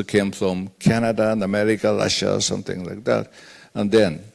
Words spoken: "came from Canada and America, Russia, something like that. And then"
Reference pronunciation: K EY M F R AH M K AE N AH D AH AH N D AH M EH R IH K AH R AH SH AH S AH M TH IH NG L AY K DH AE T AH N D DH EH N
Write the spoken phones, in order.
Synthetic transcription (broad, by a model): K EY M F R AH M K AE N AH D AH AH N AH M EH R IH K AH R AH SH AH S AH M TH IH NG L AY K DH AE T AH N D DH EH N